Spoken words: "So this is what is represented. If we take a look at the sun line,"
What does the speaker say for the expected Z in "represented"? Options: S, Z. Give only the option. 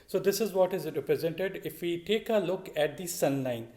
Z